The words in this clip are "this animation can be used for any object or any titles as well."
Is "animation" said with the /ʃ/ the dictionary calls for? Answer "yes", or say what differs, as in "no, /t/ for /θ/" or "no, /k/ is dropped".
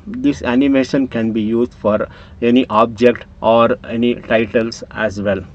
yes